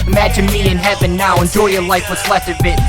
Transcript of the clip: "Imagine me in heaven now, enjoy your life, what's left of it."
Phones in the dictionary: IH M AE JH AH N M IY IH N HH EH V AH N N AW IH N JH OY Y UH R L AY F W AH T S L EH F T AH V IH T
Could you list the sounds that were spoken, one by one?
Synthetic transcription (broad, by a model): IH M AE JH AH N M IY IH N HH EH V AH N N AW IH N JH OY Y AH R L AY F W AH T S L EH F T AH B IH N